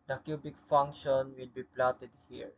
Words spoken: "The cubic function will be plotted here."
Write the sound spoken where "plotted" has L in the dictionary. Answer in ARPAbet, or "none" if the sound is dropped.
L